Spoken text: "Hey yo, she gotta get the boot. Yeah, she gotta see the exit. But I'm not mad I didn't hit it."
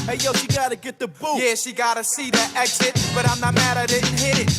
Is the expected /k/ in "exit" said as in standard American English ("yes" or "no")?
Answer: yes